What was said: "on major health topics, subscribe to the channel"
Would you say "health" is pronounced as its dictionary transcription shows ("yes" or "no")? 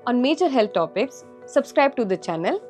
no